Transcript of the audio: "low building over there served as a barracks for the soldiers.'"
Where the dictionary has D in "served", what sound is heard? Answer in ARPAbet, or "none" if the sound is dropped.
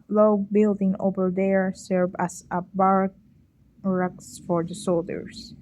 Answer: none